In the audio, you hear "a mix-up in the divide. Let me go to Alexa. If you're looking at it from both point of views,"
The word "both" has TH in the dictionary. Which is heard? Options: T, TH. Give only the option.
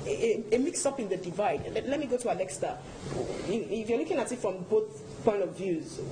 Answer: TH